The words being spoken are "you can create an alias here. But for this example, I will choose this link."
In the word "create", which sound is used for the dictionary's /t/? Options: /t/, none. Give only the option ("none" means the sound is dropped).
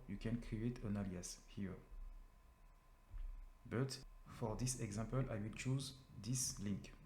/t/